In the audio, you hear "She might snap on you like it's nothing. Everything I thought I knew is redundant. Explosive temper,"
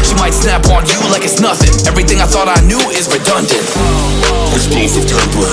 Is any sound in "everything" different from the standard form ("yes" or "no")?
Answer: no